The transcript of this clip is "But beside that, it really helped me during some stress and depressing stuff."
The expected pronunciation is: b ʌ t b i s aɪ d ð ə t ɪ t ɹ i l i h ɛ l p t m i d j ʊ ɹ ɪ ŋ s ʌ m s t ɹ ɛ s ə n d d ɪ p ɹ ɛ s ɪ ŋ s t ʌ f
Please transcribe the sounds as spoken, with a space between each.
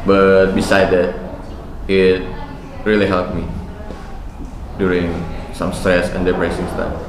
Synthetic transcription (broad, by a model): b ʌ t b i s aɪ d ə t ɪ t ɹ i l i h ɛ l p m i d j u ɹ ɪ ŋ s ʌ m s t ɹ ɛ s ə n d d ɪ b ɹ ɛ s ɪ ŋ s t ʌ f